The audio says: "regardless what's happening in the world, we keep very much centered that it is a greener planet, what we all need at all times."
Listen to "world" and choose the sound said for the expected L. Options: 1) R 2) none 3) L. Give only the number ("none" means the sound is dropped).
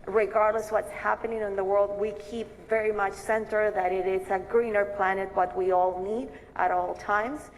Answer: 3